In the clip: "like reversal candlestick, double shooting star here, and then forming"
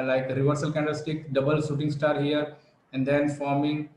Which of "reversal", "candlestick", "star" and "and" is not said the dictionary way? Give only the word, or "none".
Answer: candlestick